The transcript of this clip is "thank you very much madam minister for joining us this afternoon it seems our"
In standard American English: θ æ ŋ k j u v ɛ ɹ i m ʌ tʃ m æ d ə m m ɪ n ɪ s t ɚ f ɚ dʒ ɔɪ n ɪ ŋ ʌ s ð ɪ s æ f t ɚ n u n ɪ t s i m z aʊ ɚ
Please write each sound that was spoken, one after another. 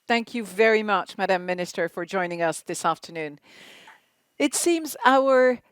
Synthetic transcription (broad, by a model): θ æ ŋ k j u v ɛ ɹ i m ʌ tʃ m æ d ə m m ɪ n ɪ s t ɚ f ɚ dʒ ɔɪ n ɪ ŋ ʌ s ð ɪ s æ f t ɚ n u n ɪ t s i m z aʊ ɚ